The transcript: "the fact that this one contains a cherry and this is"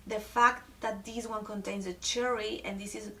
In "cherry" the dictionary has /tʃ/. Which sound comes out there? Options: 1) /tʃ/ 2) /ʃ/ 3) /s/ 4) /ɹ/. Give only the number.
1